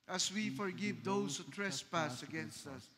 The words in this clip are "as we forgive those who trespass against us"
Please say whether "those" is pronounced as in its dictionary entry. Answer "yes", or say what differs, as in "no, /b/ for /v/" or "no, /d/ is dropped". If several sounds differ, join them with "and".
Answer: no, /s/ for /z/